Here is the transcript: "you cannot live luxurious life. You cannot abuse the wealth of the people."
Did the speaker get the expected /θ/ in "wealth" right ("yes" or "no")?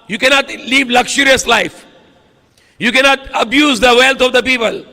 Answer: no